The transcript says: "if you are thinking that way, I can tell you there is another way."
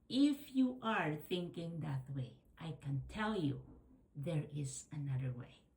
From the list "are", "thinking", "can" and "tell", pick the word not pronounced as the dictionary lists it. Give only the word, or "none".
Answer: none